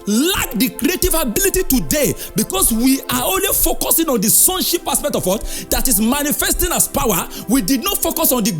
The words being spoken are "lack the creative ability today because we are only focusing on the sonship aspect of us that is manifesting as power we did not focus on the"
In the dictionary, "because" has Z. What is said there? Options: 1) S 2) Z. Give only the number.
1